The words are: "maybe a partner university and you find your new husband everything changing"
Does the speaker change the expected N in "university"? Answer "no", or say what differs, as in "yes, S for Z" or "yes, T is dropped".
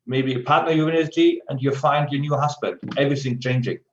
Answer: yes, N is dropped